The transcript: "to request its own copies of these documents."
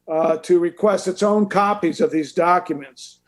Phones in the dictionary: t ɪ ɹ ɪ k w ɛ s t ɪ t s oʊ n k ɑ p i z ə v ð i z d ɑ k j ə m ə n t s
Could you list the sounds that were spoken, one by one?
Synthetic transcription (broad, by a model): t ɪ ɹ ɪ k w ɛ s t ɪ t s oʊ n k ɑ p i z ə v ð i z d ɑ k j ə m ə n t s